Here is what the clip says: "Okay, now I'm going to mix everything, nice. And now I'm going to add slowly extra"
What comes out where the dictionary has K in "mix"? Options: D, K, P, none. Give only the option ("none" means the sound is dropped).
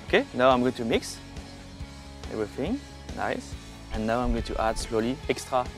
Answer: K